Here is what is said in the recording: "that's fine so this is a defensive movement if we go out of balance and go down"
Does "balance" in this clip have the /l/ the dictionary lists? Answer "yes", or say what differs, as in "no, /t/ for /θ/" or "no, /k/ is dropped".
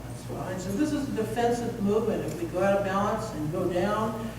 no, /l/ is dropped